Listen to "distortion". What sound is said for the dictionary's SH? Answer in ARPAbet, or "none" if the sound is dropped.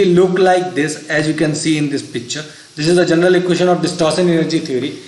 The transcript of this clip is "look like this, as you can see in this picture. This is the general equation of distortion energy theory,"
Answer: S